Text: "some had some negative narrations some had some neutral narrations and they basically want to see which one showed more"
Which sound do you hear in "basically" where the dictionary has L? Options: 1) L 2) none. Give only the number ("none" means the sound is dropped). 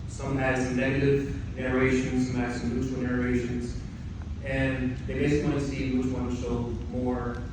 2